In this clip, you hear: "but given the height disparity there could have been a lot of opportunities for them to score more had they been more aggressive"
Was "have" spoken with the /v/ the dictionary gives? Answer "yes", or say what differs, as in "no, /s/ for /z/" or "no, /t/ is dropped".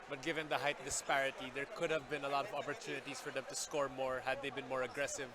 yes